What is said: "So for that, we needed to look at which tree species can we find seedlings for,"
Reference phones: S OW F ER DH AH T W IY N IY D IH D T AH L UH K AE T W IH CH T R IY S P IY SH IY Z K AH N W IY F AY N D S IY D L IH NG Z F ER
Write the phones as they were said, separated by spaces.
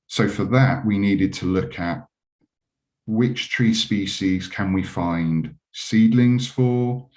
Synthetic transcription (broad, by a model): S OW F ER DH AH T W IY N IY D IH D T AH L UH K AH T W IH CH T R IY S P IY SH IY Z K AH N W IY F AY N D S IY D L IH NG Z F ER